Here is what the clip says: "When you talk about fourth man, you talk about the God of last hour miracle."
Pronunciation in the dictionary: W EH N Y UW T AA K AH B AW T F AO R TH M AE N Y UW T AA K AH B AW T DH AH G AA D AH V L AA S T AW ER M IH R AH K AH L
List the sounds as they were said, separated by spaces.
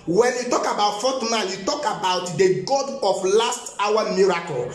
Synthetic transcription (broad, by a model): W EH N Y UW T AA K AH B AW T F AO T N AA L Y UW T AA K AH B AW T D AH G AA D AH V L AA S T AW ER M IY R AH K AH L